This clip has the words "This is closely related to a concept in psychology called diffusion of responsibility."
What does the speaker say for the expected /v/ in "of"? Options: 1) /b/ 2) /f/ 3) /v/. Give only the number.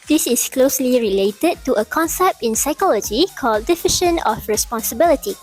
2